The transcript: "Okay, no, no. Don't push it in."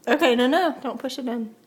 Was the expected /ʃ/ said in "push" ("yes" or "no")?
no